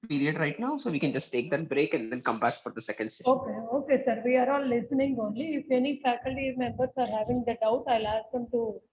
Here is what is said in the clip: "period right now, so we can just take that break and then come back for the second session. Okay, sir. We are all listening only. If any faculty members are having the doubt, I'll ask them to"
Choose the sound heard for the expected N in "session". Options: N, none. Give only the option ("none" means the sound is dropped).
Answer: none